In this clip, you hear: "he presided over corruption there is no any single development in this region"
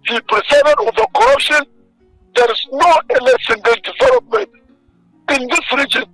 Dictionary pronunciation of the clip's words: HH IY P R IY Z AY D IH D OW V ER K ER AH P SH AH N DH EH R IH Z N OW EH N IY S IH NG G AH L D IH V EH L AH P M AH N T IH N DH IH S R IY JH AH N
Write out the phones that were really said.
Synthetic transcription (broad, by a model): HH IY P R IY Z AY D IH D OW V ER K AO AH P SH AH N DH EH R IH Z N OW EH L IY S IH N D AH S D IH V EH L AH P M AH N T IH N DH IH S R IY JH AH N